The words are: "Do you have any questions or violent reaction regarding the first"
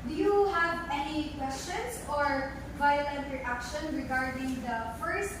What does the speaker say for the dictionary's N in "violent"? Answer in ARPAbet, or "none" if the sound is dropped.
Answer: N